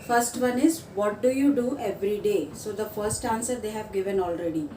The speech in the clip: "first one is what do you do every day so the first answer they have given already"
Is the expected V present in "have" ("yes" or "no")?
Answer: yes